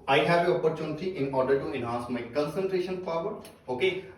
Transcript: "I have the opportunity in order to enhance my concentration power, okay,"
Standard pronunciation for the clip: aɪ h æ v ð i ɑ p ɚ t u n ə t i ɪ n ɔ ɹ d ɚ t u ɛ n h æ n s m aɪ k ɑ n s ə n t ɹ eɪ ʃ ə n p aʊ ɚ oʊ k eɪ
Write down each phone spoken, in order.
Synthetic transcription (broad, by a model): aɪ h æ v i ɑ p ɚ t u n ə t i ɪ n ɔ ɹ d ɚ t u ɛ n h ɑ n s m aɪ k ɑ n s ə n t ɹ eɪ ʃ ə n f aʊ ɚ oʊ k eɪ